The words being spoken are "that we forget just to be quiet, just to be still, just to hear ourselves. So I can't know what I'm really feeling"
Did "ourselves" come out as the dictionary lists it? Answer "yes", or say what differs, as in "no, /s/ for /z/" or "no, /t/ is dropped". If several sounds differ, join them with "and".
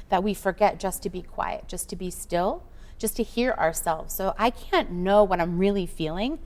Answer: yes